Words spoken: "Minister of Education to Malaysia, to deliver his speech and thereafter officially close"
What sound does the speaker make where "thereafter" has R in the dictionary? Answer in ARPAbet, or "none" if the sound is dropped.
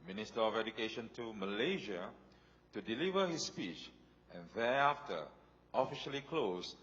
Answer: none